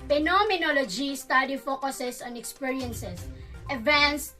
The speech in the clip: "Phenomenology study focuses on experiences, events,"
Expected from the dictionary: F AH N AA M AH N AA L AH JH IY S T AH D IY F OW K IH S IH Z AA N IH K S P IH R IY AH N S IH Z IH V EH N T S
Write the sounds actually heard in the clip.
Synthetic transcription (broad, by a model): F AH N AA M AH N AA L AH JH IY S T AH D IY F OW K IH S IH S AA N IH K S P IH R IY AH N S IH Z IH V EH N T S